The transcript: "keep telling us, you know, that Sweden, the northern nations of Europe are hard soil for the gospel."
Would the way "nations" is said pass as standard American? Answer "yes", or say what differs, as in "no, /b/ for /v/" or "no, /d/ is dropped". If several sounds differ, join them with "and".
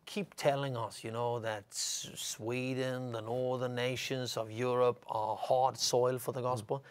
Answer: yes